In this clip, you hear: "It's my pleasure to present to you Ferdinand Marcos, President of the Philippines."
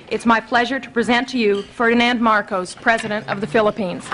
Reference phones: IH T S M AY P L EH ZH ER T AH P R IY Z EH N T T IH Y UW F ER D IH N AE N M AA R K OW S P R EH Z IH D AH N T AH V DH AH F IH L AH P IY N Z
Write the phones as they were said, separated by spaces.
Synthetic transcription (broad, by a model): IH T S M AY P L EH ZH ER T AH P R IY Z EH N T T IH Y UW F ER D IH N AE N M AA R K OW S P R EH Z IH D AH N T AH V DH AH F IH L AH P IY N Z